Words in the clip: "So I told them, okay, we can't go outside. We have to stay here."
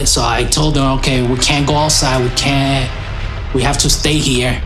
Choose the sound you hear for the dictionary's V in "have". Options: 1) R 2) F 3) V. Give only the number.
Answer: 2